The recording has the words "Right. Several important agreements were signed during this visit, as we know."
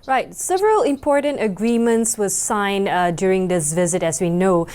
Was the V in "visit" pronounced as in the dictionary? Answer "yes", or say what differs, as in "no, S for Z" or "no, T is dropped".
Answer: yes